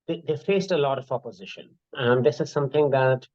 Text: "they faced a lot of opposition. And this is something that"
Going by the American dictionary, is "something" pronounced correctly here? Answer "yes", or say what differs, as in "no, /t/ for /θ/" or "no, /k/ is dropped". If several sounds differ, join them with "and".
no, /t/ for /θ/